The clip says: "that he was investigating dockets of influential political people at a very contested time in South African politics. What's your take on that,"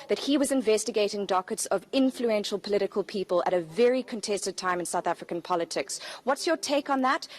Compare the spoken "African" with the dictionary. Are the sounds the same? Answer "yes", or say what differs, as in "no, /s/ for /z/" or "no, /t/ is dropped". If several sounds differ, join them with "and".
yes